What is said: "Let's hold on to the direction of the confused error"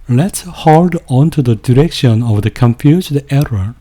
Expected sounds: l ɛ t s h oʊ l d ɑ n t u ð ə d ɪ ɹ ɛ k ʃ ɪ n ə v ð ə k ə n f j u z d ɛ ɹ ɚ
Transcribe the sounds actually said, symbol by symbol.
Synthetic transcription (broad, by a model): l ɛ t s h oʊ l d ɑ n t u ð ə d ɪ ɹ ɛ k ʃ ɪ n ə v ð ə k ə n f j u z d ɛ ɹ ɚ